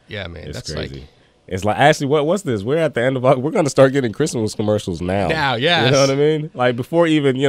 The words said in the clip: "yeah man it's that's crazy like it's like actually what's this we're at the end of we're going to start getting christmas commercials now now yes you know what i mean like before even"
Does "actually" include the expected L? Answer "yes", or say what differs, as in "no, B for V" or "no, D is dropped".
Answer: no, W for L